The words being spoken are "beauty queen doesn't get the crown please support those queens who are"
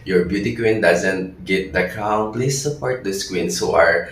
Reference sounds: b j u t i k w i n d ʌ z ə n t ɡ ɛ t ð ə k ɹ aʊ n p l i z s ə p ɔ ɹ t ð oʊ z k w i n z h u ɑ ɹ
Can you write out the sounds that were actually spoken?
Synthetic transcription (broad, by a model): b j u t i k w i n d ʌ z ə n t ɡ ɛ t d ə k aʊ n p l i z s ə p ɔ ɹ t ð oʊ s k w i n s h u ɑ ɹ